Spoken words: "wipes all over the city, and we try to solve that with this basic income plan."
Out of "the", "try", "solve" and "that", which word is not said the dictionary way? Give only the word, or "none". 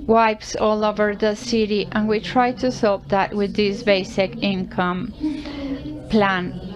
solve